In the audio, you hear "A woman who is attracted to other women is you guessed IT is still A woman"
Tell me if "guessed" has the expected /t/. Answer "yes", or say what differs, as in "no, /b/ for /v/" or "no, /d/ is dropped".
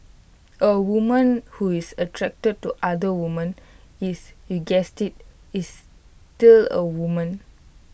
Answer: yes